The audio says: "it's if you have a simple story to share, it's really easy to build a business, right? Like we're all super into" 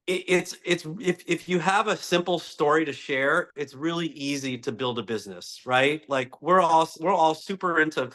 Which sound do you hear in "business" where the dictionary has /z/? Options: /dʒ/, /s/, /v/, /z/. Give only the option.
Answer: /z/